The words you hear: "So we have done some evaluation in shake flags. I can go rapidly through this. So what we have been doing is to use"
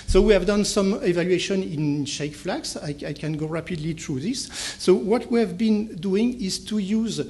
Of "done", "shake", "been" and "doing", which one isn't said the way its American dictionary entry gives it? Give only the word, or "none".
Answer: none